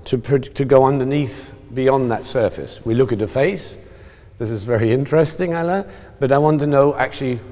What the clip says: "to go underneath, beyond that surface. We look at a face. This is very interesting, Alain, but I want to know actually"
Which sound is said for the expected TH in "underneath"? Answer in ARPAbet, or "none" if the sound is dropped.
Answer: TH